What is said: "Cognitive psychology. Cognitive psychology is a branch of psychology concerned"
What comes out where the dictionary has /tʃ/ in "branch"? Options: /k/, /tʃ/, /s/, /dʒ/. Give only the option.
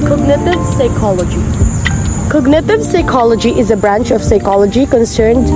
/tʃ/